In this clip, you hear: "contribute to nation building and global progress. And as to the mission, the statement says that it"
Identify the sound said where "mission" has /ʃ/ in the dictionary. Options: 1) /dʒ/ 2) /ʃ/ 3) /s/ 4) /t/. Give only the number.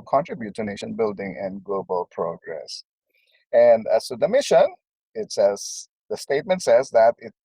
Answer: 3